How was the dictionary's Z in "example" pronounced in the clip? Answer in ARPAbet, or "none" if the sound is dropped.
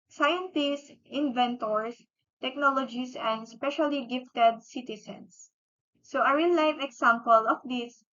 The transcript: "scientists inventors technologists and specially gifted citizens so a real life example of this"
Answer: S